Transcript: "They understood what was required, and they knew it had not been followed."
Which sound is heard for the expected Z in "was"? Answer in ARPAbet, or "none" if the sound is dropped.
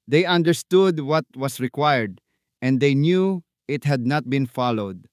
S